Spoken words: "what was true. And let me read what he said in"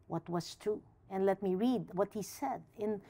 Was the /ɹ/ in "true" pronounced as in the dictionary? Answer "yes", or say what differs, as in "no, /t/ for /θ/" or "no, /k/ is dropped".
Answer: no, /ɹ/ is dropped